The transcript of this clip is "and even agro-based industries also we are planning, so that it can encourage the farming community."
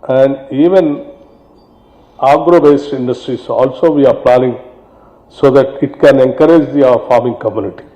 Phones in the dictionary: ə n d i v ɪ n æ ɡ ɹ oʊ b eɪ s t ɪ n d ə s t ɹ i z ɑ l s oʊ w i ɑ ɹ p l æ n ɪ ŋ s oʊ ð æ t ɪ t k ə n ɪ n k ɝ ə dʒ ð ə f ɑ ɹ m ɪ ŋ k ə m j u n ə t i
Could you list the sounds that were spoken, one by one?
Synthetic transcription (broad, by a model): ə n d i v ɪ n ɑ ɡ ɹ oʊ b eɪ s t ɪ n d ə s t ɹ i s ɑ l s oʊ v i ɑ ɹ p l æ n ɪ ŋ s oʊ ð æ t ɪ t k ə n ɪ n k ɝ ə dʒ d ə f ɑ ɹ m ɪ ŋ k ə m j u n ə t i